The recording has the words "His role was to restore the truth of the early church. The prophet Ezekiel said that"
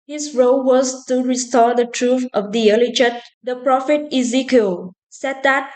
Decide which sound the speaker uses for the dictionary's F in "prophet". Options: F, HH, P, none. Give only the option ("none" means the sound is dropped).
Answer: F